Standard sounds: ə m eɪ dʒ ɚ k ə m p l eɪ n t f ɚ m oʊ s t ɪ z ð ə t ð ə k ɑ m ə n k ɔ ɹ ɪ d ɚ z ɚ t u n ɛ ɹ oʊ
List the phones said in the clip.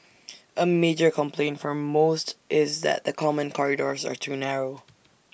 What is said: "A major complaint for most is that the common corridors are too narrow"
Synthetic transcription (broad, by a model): ə m eɪ dʒ ɚ k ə m p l eɪ n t f ɚ m oʊ s t ɪ z ð ə t ð ə k ɑ m ə n k ɔ ɹ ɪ d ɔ z ɚ t u n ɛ ɹ oʊ